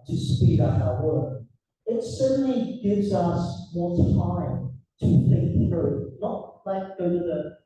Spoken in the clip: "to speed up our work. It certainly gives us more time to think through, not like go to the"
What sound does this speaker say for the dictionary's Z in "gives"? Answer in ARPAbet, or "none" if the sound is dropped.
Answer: Z